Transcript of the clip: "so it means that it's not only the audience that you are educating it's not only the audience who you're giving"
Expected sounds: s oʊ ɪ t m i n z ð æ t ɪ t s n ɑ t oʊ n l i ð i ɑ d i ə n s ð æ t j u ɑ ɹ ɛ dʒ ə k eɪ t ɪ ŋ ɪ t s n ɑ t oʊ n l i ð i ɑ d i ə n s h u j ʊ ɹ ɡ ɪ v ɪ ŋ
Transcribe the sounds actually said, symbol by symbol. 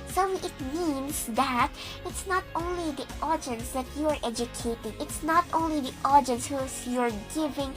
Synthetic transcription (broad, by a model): s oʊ ɪ t m i n s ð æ t ɪ t s n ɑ t oʊ n l i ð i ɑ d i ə n s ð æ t j u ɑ ɹ ɛ dʒ ə k eɪ t ɪ ŋ ɪ t s n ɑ t oʊ n l i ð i ɑ d i ə n s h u j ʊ ɹ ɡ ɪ v ɪ ŋ